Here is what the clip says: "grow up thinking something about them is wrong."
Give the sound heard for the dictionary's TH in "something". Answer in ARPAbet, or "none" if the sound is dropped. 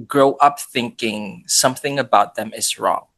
TH